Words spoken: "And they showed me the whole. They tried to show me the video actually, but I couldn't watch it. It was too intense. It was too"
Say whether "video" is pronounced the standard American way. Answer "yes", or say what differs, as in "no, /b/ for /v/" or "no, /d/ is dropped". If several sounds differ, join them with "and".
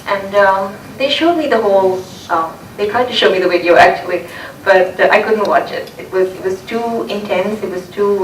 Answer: no, /w/ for /v/